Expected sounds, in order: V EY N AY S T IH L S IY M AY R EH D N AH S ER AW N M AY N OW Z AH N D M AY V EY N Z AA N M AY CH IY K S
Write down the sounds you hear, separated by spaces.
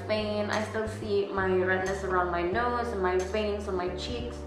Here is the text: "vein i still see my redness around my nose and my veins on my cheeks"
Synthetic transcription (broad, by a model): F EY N AY S T IH L S IY M AY R EH D N AH S ER AW N M AY N OW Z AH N M AY F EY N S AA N M AY CH IY K S